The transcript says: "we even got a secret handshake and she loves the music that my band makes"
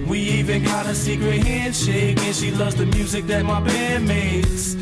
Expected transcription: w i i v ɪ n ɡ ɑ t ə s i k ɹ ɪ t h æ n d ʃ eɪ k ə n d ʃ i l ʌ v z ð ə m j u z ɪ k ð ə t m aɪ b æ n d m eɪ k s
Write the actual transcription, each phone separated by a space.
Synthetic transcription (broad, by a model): w i i v ɪ n ɡ ɑ t ə s i k ɹ ɪ t h æ n d ʃ eɪ k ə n ʃ i l ʌ v z ð ə m j u z ɪ k ð ə t m aɪ b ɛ d m eɪ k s